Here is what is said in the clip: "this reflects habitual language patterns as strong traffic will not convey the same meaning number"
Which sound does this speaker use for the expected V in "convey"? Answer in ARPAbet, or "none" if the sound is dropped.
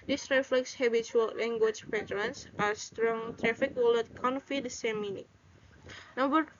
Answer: F